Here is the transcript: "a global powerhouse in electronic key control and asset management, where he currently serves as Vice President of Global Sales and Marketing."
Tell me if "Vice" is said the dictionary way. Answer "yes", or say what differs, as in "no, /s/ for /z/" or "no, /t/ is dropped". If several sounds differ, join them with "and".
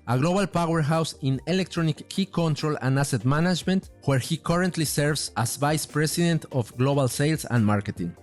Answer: yes